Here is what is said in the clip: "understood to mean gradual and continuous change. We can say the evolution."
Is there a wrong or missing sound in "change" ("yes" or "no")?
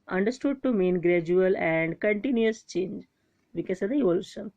no